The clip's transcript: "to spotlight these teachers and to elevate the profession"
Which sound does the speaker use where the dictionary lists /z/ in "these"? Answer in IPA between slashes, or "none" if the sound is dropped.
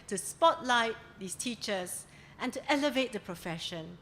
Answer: /s/